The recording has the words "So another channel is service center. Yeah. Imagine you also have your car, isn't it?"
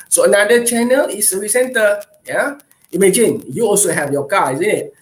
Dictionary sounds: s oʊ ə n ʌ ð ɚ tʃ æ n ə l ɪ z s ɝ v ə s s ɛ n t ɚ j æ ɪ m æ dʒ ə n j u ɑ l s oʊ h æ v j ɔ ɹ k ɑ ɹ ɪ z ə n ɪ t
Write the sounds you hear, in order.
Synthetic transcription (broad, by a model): s oʊ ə n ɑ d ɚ tʃ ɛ n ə l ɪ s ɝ ə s s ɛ n t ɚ j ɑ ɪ m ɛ dʒ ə n j u ɑ l s oʊ h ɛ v j ɔ k ɑ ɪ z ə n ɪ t